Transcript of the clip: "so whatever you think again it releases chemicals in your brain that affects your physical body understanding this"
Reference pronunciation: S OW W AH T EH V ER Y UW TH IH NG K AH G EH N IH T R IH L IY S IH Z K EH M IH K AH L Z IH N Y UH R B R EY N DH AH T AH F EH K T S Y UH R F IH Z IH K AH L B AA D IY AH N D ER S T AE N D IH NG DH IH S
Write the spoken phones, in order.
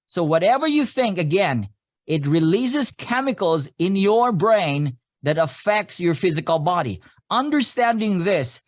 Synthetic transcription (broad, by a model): S OW W AH T EH V ER Y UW TH IH NG K AH G EH N IH T R IH L IY S IH Z K EH M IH K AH L Z IH N Y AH R B R EY N DH AH T AH F EH K T S Y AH R F IH Z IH K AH L B AA D IY AH N D ER S T AE N D IH NG DH IH S